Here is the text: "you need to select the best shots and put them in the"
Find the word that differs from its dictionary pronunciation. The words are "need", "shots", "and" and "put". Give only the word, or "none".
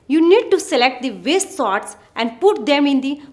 shots